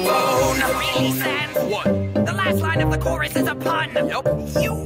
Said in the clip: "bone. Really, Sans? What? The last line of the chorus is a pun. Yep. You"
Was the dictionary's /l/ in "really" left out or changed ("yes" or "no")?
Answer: yes